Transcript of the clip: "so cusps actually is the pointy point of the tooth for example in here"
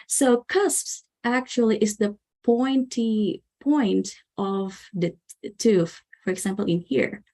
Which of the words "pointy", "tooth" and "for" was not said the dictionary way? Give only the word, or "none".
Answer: tooth